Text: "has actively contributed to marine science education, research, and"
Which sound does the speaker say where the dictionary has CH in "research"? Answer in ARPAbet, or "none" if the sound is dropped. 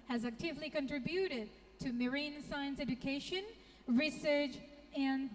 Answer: CH